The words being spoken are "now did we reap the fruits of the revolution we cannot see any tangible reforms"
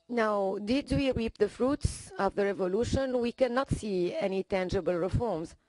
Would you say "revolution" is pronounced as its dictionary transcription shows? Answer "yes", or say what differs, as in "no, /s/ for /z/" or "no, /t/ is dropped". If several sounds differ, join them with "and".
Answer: yes